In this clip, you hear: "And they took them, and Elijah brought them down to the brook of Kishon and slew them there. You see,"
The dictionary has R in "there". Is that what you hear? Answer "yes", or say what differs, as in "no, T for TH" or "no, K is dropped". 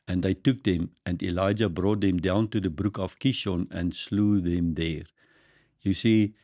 yes